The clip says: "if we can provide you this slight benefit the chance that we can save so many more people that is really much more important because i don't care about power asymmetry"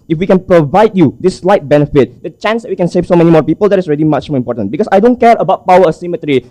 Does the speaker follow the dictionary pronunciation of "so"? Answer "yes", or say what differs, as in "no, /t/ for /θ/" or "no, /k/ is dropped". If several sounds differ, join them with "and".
yes